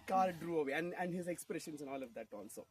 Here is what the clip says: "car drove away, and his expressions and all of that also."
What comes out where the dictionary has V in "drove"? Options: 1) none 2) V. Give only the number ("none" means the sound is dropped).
1